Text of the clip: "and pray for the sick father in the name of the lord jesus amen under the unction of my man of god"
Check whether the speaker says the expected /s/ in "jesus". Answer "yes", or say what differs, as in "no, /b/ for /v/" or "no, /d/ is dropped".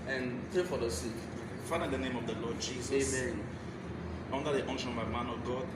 no, /s/ is dropped